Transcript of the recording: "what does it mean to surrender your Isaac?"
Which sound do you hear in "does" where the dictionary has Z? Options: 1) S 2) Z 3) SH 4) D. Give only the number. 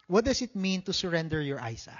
1